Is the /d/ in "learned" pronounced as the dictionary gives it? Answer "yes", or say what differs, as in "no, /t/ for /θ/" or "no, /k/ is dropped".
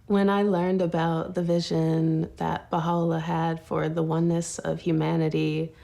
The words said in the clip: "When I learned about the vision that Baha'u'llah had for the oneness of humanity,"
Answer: yes